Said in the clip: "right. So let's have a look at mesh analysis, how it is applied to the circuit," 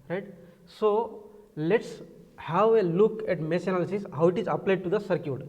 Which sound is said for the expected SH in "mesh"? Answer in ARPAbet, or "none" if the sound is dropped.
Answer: S